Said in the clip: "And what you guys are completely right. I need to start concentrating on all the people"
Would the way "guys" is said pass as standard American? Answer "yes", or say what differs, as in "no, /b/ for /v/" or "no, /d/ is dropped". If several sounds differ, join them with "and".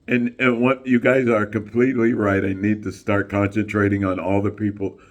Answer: yes